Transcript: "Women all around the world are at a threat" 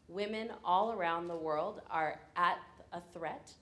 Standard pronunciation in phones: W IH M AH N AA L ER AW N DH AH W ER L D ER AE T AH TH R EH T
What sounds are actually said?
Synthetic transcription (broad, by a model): W IH M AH N AA L ER AW N DH AH W ER L D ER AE T AH TH R EH T